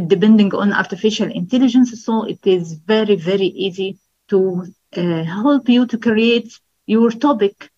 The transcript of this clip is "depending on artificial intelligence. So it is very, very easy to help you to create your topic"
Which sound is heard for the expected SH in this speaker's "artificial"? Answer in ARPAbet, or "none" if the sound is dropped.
SH